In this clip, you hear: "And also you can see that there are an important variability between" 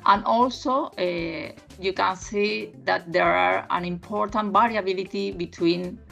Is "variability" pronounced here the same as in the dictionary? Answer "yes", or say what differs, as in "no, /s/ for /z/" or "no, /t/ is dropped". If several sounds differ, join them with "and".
no, /b/ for /v/